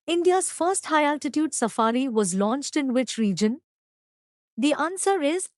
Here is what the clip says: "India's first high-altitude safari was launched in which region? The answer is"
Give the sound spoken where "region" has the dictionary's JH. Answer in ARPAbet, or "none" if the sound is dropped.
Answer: JH